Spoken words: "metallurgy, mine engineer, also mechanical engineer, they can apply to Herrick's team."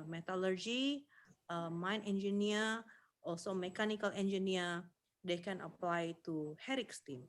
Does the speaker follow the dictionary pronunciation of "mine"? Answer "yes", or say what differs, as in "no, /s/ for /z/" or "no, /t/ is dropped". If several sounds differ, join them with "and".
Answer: yes